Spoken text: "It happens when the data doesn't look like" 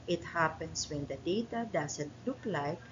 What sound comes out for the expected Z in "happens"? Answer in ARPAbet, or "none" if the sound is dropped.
S